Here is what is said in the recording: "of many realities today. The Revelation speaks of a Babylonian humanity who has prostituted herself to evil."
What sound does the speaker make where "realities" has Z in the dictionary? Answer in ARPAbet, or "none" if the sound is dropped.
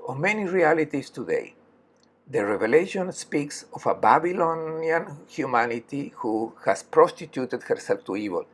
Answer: S